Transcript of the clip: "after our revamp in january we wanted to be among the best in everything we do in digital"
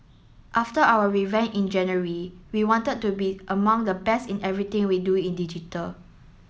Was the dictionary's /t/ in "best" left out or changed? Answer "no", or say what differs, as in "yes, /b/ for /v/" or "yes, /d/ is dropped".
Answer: yes, /t/ is dropped